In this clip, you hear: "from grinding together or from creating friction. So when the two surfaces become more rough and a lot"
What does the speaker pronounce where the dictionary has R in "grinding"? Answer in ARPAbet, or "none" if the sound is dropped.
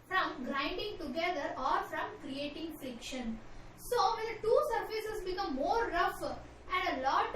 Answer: R